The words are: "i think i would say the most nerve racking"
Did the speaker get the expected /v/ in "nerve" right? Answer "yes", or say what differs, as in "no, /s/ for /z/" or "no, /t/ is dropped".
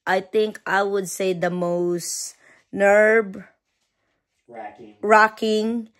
no, /b/ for /v/